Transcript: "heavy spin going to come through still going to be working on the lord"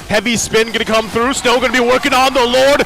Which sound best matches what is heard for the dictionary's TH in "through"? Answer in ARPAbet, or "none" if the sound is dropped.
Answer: TH